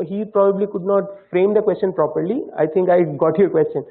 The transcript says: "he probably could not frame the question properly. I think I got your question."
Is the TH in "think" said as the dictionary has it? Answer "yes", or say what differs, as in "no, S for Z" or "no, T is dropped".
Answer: no, T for TH